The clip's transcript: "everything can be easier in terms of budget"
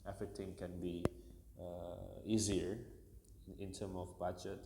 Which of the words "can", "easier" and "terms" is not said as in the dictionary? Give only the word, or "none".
terms